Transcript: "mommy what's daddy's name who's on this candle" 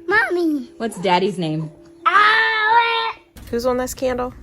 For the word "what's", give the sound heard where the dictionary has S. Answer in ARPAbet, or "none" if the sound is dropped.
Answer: S